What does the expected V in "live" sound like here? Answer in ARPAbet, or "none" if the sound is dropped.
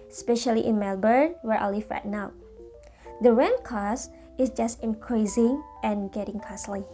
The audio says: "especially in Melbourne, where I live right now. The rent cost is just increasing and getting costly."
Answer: F